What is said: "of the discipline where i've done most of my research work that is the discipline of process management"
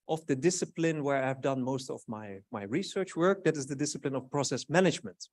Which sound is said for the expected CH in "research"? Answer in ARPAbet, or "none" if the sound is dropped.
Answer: CH